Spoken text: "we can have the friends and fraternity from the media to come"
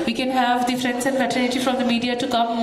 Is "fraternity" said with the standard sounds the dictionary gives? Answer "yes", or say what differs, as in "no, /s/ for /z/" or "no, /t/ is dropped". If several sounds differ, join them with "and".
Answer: no, /ɹ/ is dropped and /l/ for /n/